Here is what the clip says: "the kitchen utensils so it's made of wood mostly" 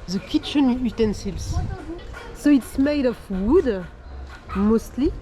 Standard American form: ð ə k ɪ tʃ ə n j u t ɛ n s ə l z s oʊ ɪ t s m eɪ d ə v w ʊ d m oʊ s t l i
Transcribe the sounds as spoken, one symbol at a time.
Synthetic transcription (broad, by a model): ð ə k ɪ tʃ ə n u t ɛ n s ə l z s oʊ ɪ t s m eɪ d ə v w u d m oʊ s t l i